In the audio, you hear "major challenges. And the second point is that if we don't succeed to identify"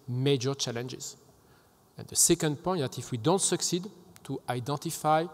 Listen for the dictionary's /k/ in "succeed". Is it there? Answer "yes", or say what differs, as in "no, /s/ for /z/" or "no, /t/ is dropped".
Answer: yes